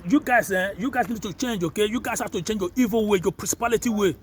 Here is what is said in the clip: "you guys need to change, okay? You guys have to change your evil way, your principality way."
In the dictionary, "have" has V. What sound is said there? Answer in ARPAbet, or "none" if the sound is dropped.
F